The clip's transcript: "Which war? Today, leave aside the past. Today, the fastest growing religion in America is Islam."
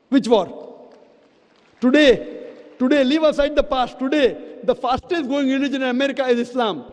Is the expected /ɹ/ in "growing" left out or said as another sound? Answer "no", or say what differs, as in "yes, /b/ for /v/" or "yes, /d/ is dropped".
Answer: yes, /ɹ/ is dropped